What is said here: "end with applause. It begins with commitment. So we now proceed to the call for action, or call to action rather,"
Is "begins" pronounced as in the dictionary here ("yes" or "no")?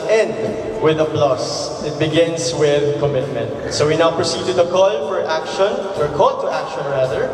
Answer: no